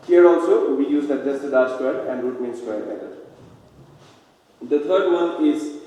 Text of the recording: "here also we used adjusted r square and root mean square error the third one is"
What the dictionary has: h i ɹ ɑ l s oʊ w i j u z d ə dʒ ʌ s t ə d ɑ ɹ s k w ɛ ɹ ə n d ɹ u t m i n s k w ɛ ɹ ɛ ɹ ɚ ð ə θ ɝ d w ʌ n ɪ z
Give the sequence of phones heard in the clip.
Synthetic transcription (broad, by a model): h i ɹ ɑ l s oʊ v i j u z d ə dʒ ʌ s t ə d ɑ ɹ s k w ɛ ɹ ə n d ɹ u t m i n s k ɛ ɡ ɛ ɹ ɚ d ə t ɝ d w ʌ n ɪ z